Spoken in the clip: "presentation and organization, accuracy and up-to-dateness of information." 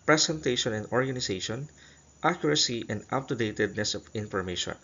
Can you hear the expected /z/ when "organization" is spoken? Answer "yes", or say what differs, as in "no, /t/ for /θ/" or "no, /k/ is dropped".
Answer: no, /s/ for /z/